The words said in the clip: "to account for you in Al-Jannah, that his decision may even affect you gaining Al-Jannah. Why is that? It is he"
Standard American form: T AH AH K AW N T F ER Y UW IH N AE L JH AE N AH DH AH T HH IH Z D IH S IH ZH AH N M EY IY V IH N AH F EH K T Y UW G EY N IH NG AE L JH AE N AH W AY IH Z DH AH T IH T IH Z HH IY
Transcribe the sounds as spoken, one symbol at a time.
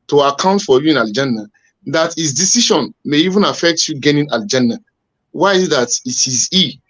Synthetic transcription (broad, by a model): T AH AH K AW N T F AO Y UW IH N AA L JH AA N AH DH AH T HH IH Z D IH S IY SH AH N M EY IY V IH N AH F EH K T Y UW G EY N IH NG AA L JH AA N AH W AY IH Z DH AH T IH T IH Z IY